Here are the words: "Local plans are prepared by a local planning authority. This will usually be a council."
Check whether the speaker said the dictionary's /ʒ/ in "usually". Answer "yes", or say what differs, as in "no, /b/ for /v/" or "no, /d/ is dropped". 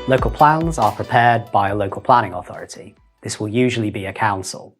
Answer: yes